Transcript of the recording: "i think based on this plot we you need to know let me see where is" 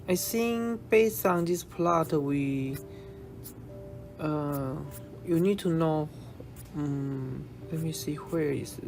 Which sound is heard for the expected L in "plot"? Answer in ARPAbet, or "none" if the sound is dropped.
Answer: L